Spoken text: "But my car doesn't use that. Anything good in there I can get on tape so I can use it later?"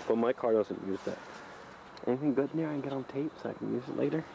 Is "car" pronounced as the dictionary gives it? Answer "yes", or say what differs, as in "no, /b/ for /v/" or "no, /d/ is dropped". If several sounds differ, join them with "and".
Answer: yes